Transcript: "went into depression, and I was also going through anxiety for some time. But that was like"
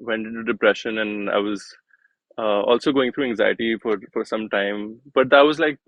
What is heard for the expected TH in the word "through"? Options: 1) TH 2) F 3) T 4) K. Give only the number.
3